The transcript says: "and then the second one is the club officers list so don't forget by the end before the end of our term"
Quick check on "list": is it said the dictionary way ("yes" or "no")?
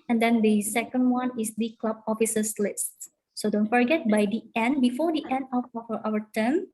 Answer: yes